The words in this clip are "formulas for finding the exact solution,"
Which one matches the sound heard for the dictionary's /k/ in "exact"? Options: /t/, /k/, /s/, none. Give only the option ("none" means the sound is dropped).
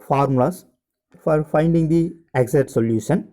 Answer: none